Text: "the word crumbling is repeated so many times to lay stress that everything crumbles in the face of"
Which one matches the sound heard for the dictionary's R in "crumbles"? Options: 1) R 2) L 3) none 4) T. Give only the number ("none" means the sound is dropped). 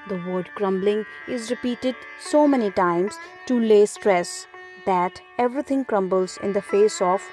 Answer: 1